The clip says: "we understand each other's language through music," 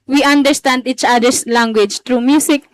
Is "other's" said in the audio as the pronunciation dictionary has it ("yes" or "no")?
no